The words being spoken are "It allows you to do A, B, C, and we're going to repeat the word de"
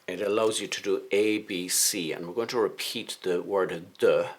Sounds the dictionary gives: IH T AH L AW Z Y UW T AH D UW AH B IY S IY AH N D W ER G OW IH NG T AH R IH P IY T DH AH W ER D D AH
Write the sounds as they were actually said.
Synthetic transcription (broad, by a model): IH T AH L AW Z Y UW T AH D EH AH B IY S IY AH N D W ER G OW IH NG T AH R IH P IY T DH AH W ER D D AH